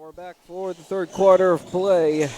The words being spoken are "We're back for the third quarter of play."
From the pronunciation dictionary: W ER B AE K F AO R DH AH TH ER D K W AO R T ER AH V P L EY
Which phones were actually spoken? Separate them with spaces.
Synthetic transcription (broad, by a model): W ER B AE K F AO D DH AH TH ER D K W AO R T ER AH V P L EY